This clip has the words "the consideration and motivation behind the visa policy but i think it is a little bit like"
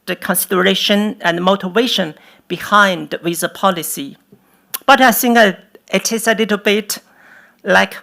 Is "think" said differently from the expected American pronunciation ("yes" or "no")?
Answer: yes